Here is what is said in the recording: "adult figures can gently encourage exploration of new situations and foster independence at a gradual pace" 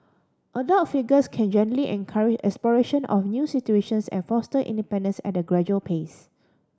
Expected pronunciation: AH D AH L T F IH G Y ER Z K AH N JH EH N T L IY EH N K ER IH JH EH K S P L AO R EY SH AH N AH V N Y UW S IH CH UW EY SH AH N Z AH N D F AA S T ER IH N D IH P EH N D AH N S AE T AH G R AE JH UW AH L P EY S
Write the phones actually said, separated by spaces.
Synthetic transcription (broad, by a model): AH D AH T F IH G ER S K AH N JH EH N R L IY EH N K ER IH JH EH K S P L AO R EY SH AH N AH F N Y UW S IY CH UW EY SH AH N S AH N F AA S T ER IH N D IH P EH N D AH N S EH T AH G R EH JH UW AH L P EY S